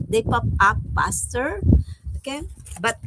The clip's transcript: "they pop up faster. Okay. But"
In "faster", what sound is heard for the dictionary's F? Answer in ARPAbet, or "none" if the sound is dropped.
P